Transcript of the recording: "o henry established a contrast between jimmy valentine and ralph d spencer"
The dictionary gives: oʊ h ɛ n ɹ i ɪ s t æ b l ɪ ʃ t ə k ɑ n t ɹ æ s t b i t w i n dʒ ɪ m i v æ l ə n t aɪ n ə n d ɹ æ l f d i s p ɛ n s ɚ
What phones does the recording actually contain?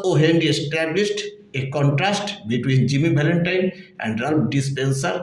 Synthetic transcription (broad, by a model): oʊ h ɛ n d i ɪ s t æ b l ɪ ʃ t ə k ɑ n t ɹ æ s t b i t w i n dʒ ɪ m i b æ l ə n t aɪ n ə n d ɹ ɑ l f d i s p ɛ n s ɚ